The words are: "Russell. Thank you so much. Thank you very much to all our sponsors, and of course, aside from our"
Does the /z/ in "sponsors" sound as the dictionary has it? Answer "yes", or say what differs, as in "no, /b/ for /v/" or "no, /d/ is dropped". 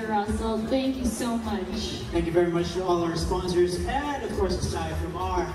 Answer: yes